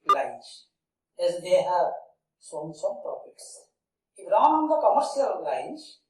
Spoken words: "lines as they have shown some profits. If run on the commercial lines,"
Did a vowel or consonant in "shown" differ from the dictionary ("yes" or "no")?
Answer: yes